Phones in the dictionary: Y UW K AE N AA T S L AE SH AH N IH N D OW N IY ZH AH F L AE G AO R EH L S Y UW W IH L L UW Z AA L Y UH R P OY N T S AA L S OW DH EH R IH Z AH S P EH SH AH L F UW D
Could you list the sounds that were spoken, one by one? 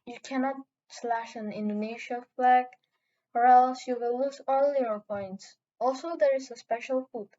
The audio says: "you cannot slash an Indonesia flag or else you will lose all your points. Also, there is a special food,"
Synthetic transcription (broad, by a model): Y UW K AE N AA T S L AE SH AH N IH N D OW N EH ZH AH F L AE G AO R EH L S Y UW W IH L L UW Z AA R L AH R P OY N T S AA L S OW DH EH R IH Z AH S P EH SH AH L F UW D